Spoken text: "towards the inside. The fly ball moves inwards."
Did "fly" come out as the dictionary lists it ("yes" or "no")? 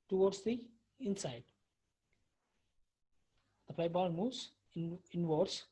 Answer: no